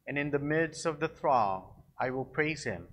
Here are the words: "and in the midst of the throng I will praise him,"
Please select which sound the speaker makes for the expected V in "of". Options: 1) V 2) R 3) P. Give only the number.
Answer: 1